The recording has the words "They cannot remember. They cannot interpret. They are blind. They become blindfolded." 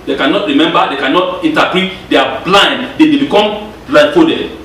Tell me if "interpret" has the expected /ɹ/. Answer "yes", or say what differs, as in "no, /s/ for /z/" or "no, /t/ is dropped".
no, /ɹ/ is dropped